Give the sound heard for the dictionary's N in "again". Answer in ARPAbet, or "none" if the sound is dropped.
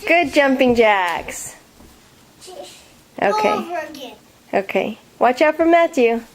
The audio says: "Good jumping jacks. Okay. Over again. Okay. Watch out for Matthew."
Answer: none